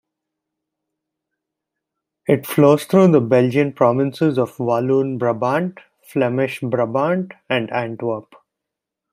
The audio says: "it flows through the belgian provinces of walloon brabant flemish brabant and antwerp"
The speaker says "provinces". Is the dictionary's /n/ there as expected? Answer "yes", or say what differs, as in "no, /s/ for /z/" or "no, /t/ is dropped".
yes